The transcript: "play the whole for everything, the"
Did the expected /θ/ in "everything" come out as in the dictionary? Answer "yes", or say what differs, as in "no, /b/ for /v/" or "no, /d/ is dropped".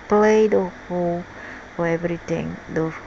no, /t/ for /θ/